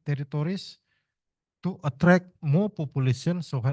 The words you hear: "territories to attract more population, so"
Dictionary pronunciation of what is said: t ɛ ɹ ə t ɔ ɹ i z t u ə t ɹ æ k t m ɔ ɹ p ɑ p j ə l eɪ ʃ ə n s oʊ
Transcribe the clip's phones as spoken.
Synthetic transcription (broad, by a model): t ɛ ɹ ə t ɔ ɹ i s t u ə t ɹ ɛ k m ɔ p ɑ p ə l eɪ s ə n s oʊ